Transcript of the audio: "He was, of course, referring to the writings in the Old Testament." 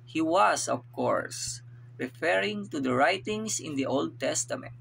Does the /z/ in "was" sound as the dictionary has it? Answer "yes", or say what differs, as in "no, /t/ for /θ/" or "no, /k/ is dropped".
no, /s/ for /z/